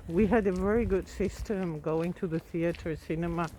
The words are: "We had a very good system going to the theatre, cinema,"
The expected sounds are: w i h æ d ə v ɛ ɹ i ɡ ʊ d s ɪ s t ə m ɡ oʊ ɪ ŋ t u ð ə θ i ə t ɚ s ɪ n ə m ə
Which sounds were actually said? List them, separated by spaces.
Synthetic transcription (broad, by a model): w i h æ d ə v ɛ ɹ i ɡ ʊ d s ɪ s t ə m ɡ oʊ ɪ ŋ t u ð ə θ i ə t ɚ s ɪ n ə m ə